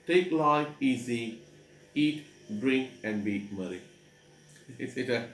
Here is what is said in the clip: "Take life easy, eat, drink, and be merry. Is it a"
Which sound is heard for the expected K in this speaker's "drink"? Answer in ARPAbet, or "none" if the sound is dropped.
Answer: K